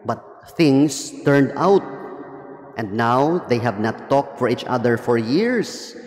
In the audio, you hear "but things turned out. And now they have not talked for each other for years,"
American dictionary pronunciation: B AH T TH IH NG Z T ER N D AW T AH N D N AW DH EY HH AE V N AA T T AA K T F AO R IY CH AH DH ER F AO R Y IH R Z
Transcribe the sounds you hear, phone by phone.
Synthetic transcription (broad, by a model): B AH T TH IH NG S T ER N D AW T AH N D N AW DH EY HH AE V N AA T T AA K T F AO R IY CH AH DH ER F AO R Y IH R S